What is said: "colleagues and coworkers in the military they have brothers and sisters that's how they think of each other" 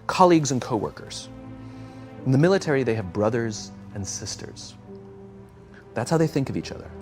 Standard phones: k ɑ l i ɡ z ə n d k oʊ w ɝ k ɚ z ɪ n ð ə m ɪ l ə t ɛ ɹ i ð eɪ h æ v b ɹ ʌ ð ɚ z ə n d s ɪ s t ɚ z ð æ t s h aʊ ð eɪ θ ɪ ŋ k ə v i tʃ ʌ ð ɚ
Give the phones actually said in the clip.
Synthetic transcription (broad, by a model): k ɑ l i ɡ z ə n k oʊ w ɝ k ɚ z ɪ n ð ə m ɪ l ə t ɛ ɹ i ð eɪ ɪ v b ɹ ʌ ð ɚ z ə n s ɪ s t ɚ z ð æ t s h aʊ ð eɪ θ ɪ ŋ k ə v i tʃ ʌ ð ɚ